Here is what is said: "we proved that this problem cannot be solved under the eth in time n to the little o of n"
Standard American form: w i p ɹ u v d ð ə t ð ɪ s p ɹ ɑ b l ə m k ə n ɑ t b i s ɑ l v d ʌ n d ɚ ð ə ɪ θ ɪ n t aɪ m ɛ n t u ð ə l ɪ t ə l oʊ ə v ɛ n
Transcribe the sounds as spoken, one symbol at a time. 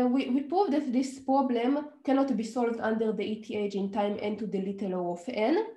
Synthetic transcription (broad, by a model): w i p ɹ u v d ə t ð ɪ s p ɹ ɑ b l ə m k ə n ɑ t b i s ɑ l v d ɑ n d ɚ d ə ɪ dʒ ɪ n t aɪ m ɛ n t u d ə l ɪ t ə l oʊ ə f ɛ n